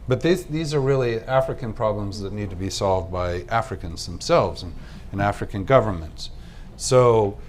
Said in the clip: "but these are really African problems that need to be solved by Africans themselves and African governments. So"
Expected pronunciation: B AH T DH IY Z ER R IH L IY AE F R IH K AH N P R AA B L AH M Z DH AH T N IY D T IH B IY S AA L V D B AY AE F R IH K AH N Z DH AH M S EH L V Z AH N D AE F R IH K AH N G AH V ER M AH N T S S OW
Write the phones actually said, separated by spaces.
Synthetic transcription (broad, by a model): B AH T DH IY Z ER R IH L IY AE F R IH K AH N P R AA B L AH M Z DH AH T N IY D T IH B IY S AA L V D B AY AE F R IH K AH N Z DH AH M S EH L V Z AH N AE F R IH K AH N G AH V ER M AH N T S S OW